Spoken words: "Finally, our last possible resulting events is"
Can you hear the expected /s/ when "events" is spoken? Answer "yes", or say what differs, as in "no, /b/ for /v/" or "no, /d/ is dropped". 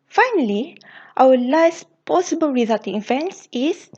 yes